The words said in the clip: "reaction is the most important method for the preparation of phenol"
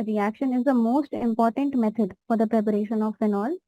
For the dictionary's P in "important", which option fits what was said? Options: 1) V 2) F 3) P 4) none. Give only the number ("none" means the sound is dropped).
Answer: 3